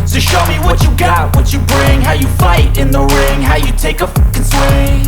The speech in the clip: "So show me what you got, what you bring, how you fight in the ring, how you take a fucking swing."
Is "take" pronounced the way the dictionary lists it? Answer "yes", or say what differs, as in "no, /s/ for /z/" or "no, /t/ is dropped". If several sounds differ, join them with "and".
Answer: no, /k/ is dropped